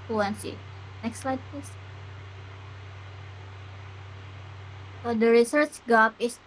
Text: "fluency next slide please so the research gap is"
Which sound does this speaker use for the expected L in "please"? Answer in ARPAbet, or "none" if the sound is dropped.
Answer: none